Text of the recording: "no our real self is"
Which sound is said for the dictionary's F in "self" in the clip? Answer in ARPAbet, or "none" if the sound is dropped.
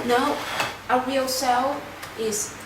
none